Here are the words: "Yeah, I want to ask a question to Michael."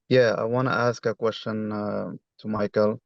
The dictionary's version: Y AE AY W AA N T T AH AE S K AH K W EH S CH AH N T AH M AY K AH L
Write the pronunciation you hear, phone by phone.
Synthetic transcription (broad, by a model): Y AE AY W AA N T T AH AE S K AH K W EH S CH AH N T AH M AY K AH L